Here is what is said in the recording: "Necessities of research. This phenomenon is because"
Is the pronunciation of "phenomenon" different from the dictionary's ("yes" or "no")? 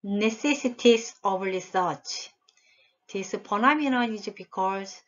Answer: yes